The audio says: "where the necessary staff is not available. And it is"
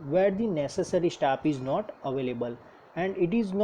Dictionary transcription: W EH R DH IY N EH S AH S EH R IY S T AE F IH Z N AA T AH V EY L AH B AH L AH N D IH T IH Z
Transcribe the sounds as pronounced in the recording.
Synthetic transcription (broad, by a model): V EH R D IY N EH S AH S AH R IY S T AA P IH Z N AA T AH V EY L AH B AH L AH N D IH T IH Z